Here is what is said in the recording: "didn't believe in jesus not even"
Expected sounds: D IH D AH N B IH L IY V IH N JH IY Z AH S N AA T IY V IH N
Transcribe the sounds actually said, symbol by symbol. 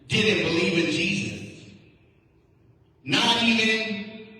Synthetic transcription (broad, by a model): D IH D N B IH L IY V IH N JH IY Z AH S N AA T IY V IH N